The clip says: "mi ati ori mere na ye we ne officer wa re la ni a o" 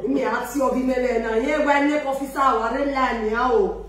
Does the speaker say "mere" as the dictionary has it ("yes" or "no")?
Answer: no